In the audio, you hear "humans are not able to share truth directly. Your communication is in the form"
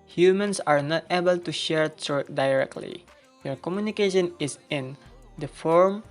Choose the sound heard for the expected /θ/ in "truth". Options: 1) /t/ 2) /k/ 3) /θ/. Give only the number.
1